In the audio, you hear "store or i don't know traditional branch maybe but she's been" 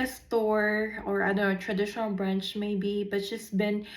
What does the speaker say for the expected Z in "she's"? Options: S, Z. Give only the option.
S